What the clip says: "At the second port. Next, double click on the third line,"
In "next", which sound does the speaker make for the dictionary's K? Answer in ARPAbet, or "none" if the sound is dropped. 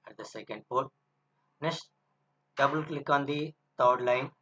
none